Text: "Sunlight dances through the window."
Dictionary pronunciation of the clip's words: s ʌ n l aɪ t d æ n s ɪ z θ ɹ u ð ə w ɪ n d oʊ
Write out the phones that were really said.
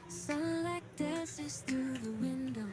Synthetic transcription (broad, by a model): s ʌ l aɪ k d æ s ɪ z θ ɹ u ð ə w ɪ n d oʊ